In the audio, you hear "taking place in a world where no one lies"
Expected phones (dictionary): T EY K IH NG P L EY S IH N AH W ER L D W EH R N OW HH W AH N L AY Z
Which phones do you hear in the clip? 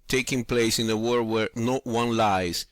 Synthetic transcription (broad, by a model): T EY K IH NG P L EY S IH N AH W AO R W EH R N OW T W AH N L AY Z